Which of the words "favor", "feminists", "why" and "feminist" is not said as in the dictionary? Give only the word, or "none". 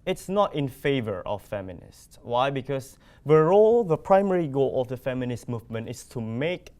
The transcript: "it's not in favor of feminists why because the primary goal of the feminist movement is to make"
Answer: none